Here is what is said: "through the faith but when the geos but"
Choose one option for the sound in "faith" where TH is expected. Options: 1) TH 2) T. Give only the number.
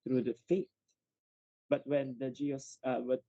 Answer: 2